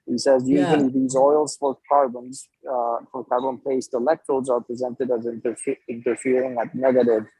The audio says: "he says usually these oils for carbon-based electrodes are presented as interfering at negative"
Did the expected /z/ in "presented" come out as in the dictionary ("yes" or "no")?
yes